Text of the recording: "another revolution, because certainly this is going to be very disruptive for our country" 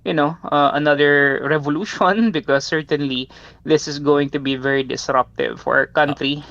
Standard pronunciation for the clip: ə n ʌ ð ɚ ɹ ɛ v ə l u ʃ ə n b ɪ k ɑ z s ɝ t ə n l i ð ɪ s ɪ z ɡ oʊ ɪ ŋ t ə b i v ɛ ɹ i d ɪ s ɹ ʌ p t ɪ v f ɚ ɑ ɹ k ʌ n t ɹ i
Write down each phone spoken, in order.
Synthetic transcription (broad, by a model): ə n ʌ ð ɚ ɹ ɛ v ə l u ʃ ə n b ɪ k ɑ s ɝ t ə n l i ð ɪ s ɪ s ɡ oʊ ɪ ŋ t ə b i v ɛ ɹ i d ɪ s ɹ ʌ p t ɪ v f ɑ ɹ k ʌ n t ɹ i